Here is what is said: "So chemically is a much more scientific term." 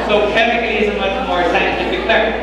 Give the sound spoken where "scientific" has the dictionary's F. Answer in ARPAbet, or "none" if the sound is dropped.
none